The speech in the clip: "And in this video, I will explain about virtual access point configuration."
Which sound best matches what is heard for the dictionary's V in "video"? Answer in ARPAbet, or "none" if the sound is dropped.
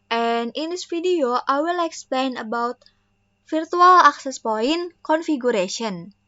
F